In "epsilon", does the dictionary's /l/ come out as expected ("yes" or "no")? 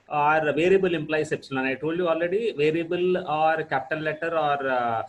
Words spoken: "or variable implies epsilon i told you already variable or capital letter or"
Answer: no